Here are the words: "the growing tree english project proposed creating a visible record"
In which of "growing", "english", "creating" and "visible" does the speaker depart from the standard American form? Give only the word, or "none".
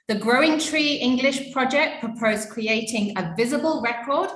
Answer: none